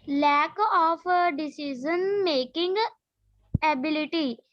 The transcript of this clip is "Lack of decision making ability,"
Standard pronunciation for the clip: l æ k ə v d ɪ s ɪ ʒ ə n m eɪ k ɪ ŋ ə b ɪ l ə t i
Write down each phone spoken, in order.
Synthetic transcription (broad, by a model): l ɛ k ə p d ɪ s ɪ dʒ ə n m eɪ k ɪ ŋ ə b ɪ l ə t i